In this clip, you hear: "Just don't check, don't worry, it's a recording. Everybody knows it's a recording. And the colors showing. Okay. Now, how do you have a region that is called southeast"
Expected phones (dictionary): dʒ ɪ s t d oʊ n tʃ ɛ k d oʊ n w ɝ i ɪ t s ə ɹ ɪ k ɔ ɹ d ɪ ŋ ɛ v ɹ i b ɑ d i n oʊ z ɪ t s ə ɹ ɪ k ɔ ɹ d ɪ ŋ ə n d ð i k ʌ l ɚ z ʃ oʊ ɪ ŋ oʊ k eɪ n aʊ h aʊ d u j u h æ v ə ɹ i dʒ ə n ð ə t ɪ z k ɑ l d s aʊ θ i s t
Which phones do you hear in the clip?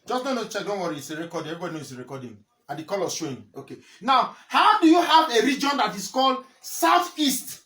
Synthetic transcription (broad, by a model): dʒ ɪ s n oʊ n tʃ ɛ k d oʊ n w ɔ i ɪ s ə ɹ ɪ k ɔ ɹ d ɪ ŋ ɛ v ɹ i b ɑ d i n oʊ ɪ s ə ɹ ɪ k ɔ d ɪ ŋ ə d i k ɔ l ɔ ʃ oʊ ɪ oʊ k eɪ n aʊ h aʊ d u j u h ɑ v ə ɹ i dʒ ə n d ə t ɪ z k ɑ l d s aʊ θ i s t